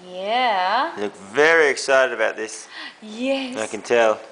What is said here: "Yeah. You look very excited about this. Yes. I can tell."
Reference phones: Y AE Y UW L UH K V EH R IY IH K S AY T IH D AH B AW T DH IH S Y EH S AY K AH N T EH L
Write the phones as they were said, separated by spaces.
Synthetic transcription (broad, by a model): Y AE L UH K V EH R IY IH K S AY T IH D AH B AW T DH IH S Y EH AY K AH N T EH L